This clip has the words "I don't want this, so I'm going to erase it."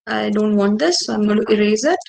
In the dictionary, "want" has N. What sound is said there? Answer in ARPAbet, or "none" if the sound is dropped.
N